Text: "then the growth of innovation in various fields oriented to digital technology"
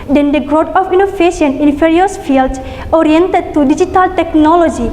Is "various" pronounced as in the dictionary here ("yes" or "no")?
no